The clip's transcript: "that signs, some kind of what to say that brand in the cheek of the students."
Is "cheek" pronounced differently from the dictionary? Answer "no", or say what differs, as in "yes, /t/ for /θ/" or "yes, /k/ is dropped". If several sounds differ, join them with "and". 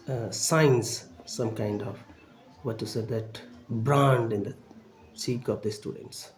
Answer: yes, /s/ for /tʃ/